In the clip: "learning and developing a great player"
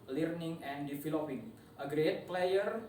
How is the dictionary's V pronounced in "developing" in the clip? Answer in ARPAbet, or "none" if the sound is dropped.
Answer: F